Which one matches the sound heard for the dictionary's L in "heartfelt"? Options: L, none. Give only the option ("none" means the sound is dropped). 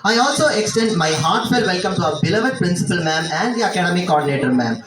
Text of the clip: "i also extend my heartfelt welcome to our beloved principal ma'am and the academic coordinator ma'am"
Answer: none